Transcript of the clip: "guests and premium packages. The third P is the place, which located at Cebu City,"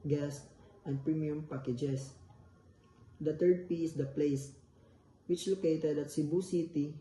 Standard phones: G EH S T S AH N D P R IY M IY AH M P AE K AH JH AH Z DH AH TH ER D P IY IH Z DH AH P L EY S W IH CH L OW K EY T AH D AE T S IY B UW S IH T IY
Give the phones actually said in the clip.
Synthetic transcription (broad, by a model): G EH S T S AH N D P R IY M IY AH M P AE K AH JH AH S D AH T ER D P IY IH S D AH P L EY S W IH CH L OW K EY T AH D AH T S IY B UW S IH T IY